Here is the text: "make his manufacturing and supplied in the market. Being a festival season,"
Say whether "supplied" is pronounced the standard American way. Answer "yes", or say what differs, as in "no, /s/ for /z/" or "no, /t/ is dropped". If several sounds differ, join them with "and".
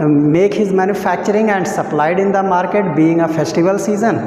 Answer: yes